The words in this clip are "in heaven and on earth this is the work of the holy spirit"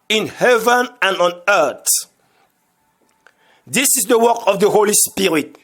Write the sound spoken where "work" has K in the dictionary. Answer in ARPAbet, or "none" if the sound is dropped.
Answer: K